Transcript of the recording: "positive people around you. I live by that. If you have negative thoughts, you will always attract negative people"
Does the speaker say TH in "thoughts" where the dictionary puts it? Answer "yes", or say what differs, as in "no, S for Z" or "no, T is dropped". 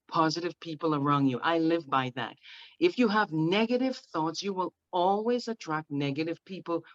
yes